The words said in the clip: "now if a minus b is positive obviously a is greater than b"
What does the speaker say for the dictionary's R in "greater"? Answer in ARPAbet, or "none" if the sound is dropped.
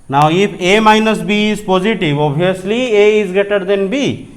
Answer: none